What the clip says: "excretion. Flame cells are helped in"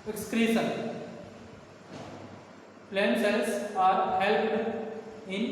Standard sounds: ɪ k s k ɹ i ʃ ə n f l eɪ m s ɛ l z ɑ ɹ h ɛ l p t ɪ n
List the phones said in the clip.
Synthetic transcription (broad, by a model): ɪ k s k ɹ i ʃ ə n p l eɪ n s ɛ l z ɑ ɹ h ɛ l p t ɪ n